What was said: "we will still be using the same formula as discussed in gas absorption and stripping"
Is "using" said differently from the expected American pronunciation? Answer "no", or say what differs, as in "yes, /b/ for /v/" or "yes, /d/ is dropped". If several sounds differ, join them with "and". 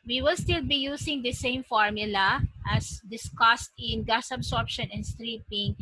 yes, /s/ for /z/